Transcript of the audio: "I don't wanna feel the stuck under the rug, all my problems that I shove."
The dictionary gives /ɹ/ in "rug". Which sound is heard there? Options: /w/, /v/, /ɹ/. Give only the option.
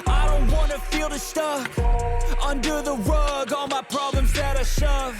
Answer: /w/